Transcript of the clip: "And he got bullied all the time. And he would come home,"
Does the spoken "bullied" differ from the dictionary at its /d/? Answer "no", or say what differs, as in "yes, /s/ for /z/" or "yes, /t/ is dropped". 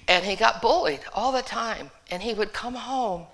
no